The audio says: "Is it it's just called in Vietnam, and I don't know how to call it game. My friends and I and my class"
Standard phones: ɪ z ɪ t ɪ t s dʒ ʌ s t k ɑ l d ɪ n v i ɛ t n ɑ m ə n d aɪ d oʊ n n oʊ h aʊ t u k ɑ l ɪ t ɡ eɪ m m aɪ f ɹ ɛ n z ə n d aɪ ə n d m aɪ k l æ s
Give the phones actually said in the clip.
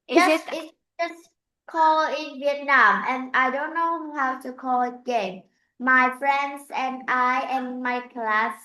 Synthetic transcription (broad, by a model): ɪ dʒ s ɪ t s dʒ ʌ s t k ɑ l ɪ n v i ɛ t n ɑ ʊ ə n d aɪ d oʊ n n oʊ h aʊ t u k ɑ l ɪ t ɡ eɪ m m aɪ f ɹ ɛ n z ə n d aɪ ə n m aɪ k l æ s